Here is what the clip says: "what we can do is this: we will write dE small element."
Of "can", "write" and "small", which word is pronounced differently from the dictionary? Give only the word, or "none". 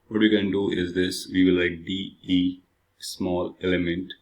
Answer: write